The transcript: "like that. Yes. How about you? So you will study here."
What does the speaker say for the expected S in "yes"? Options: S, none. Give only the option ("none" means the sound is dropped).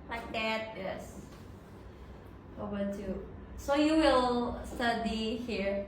S